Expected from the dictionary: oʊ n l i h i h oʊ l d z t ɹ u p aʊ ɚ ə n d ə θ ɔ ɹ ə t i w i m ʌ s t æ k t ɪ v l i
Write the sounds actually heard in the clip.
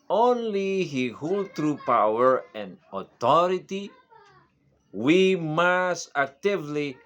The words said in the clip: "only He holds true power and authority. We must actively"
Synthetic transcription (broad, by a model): oʊ n l i h i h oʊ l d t ɹ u p aʊ ɚ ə n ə t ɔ ɹ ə t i w i m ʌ s t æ k t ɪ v l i